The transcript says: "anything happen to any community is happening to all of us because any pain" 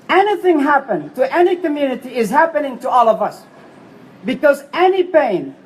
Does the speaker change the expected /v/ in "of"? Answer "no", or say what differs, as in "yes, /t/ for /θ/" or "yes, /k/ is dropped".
no